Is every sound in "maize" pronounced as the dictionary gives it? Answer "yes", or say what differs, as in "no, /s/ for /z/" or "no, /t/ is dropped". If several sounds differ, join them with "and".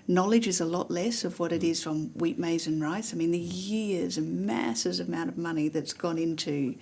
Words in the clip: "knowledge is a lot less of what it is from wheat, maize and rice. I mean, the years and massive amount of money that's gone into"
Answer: yes